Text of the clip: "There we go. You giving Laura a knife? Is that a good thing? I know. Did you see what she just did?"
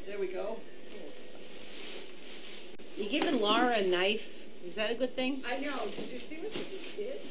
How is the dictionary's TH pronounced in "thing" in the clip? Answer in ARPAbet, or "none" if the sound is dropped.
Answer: TH